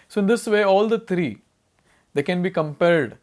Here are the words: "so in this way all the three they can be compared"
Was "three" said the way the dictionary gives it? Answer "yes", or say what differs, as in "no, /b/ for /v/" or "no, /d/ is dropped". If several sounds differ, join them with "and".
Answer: no, /t/ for /θ/